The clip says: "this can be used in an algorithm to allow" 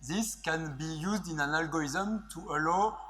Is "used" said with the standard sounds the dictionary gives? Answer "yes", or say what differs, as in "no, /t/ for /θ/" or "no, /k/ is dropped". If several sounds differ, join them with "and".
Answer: yes